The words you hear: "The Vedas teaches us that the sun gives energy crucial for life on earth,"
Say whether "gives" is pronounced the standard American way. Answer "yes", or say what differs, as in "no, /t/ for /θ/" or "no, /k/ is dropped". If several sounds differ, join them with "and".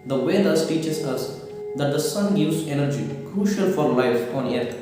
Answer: no, /v/ is dropped